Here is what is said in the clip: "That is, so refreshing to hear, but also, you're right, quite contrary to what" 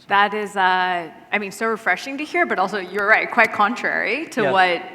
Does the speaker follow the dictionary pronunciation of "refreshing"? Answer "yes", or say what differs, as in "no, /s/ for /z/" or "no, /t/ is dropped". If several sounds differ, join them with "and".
yes